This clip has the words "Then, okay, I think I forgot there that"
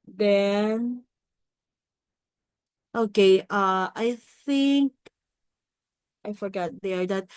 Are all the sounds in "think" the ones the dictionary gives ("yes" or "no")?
yes